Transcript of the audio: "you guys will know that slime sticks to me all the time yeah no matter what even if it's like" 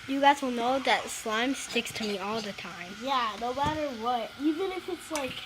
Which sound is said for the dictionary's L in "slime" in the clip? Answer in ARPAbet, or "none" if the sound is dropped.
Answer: L